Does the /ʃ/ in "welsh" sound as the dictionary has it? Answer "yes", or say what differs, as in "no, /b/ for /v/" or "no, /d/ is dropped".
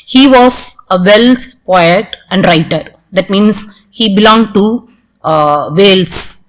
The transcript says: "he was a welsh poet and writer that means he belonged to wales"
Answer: no, /s/ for /ʃ/